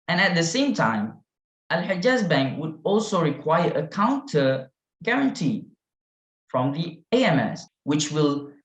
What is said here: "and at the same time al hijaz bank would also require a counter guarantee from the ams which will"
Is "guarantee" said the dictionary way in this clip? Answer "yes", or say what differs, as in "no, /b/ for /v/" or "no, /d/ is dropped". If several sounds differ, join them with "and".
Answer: yes